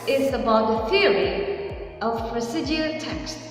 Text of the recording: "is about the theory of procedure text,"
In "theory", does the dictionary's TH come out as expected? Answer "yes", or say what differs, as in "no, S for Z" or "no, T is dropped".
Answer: yes